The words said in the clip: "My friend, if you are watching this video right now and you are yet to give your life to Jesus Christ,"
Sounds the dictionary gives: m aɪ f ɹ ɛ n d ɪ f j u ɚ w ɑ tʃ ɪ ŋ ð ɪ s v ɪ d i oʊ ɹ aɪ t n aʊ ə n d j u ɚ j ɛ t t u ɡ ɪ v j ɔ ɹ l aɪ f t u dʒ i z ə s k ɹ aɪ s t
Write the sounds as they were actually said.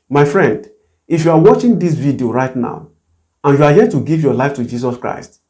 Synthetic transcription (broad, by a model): m aɪ f ɹ ɛ n d ɪ f j u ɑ w ɑ tʃ ɪ ŋ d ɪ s v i d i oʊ ɹ aɪ t n aʊ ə n j u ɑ j ɛ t t u ɡ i v j ɔ l aɪ f t u dʒ i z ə s k ɹ aɪ s t